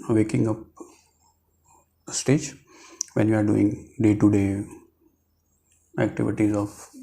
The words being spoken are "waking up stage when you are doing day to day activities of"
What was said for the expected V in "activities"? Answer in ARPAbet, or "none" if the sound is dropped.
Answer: V